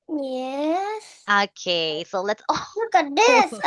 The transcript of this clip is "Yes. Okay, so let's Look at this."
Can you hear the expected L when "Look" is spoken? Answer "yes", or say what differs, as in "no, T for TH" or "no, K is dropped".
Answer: no, W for L